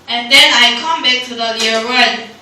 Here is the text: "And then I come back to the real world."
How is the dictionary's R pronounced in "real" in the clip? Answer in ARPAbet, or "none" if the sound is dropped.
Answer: L